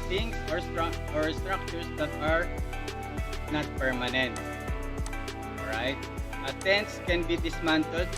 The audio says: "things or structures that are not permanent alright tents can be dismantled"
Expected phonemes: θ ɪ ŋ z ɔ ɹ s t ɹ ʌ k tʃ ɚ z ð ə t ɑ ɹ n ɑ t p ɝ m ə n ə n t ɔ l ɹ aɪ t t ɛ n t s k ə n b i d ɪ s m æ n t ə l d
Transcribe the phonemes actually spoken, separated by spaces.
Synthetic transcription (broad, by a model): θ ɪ ŋ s ɔ ɹ s t ɹ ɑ k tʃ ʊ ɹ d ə t ɑ ɹ n ɑ t p ɝ m ə n ə n t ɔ ɹ aɪ t t ɛ n t s k ə n b i d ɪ s m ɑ n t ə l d